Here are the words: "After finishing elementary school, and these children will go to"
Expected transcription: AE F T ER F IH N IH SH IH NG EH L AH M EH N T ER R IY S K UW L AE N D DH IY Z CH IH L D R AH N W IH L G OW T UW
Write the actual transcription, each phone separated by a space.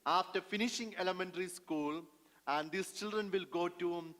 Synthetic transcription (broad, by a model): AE F T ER F IH N IH SH IH NG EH L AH M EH N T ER R IY S K UW L AE N D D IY S CH IH L D R AH N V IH L G OW T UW